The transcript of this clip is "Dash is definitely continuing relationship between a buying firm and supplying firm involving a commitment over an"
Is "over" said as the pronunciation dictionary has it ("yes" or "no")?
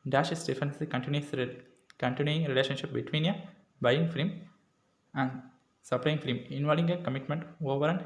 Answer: yes